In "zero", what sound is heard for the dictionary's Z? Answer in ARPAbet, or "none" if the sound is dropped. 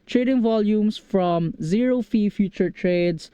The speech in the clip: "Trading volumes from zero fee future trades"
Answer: Z